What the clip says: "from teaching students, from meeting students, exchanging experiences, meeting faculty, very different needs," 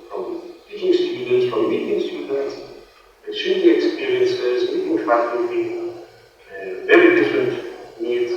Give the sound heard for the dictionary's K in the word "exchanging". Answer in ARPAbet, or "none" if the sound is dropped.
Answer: none